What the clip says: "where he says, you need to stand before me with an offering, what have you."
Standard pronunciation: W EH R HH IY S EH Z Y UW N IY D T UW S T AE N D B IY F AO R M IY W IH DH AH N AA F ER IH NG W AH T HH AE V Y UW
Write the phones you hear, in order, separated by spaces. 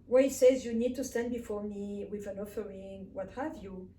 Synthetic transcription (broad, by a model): W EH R HH IY S EH Z Y UW N IY D T UW S T AE N D B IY F AO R M IY W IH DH AH N AA F ER IH NG W AH T HH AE V Y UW